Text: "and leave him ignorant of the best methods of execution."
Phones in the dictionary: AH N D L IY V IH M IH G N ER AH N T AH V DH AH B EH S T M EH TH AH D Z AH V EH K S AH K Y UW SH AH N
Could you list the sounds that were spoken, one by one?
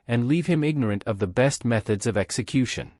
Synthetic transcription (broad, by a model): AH N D L IY V IH M IH G N ER AH N T AH V DH AH B EH S T M EH TH AH D Z AH V EH K S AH K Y UW SH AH N